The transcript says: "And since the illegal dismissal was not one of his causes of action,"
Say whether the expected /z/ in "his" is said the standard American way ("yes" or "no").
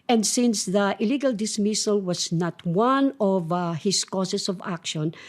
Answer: no